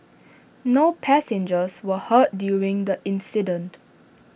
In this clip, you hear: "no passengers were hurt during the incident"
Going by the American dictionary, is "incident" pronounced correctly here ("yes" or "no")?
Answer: yes